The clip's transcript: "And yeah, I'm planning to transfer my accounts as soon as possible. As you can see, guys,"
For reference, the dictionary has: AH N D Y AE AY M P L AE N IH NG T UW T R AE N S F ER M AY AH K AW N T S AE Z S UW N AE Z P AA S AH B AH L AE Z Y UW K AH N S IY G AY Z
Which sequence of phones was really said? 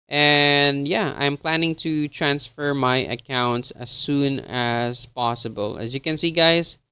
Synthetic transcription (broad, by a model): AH N D Y AE AY M P L AE N IH NG T UW T R AE N S F ER M AY AH K AW N T S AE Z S UW N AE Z P AA S AH B AH L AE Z Y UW K AH N S IY G AY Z